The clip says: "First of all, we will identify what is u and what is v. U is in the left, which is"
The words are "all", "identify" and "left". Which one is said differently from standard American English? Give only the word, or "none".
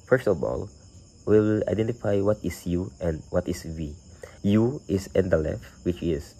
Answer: none